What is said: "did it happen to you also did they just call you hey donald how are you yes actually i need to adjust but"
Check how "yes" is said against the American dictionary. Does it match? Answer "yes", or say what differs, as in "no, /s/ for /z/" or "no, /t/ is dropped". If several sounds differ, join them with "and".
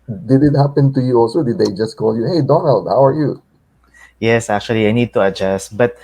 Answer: yes